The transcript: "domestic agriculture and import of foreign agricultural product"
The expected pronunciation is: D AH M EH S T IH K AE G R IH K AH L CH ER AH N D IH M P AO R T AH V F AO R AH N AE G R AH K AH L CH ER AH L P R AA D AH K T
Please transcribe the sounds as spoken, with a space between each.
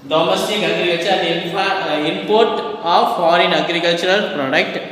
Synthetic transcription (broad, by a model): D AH M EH S T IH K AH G R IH AH CH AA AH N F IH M P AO R T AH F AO R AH N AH G R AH K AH L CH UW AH L P R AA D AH K T